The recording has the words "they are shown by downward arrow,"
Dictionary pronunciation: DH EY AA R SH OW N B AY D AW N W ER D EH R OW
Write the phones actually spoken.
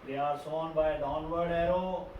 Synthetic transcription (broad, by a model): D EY AA R S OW N B AY D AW N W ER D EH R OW